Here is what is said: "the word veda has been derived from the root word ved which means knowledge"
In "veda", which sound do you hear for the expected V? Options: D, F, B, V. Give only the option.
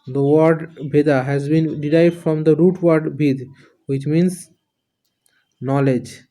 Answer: B